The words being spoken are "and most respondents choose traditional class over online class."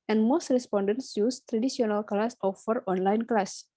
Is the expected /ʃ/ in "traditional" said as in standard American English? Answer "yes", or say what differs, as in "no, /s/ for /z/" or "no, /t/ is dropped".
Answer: no, /s/ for /ʃ/